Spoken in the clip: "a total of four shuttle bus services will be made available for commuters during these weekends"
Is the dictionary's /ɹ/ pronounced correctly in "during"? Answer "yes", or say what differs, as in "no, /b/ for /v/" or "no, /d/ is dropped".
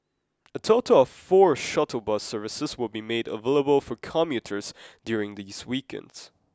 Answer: yes